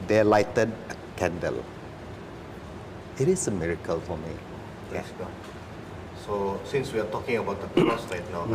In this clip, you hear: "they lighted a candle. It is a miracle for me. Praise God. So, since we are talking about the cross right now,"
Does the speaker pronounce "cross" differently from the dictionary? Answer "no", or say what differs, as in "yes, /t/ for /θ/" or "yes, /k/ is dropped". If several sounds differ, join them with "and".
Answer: yes, /ɹ/ is dropped